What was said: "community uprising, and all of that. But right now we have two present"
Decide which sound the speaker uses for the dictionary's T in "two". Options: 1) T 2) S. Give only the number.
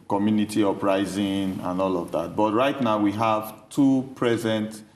1